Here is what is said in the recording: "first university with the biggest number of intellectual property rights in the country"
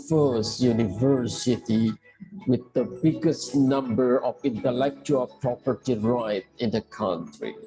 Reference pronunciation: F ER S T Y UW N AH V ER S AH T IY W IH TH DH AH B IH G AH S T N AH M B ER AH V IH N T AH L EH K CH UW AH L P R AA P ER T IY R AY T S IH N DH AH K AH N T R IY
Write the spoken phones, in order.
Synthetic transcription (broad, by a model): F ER S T Y UW N AH V ER S AH T IY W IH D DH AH B IH G AH S T N AH M B ER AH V IH N T AH L EH K CH UW AH L P R AA P ER T IY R AY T IH N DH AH K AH N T R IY